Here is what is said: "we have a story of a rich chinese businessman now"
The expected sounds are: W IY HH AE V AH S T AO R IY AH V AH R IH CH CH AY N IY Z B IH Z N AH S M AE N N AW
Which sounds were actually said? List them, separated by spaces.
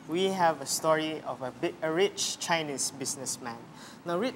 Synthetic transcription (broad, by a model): W IY HH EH V AH S T AO R IY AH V AH R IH CH CH AY N IY S B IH S N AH S M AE N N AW